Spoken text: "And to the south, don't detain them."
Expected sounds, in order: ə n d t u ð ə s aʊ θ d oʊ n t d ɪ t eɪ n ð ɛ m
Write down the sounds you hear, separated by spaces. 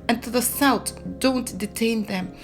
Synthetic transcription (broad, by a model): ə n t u ð ə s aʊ t d oʊ n t d ɪ t eɪ n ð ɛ m